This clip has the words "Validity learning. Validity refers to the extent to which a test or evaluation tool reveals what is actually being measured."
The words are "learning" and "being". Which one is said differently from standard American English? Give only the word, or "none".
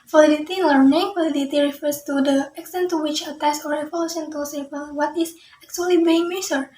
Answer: learning